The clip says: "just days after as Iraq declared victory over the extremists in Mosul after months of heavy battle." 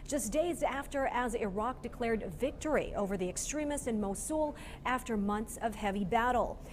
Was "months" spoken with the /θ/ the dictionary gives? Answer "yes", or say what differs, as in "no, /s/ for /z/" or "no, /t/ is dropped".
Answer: yes